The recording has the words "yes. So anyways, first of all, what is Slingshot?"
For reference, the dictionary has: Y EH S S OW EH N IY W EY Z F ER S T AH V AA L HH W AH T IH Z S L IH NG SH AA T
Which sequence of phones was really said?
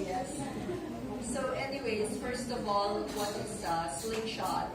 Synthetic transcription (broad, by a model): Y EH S S OW EH N IY W EY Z F ER S T AH V AA L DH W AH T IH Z S L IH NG SH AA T